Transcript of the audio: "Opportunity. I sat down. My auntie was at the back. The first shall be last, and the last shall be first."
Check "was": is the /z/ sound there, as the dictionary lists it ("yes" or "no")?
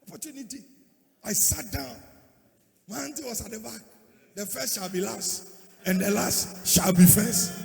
no